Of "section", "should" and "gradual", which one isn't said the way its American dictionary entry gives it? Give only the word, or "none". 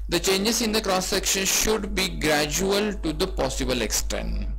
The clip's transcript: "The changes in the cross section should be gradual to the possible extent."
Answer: none